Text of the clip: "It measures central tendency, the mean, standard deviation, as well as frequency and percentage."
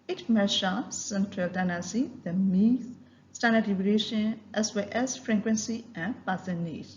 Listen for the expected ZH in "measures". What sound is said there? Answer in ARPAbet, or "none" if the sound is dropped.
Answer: SH